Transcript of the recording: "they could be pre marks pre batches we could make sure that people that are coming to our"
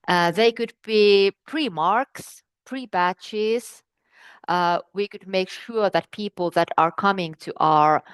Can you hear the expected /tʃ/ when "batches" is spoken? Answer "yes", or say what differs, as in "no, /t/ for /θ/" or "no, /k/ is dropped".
yes